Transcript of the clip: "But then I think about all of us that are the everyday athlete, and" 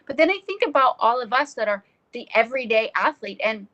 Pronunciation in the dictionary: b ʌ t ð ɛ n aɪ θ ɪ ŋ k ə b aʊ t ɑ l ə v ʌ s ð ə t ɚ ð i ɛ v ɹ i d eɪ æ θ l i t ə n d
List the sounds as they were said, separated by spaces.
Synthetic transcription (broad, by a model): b ʌ t ð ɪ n aɪ θ ɪ ŋ k ə b aʊ t ɑ l ə v ʌ s ð ə t ɚ ð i ɛ v ɹ i d eɪ æ θ l i t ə n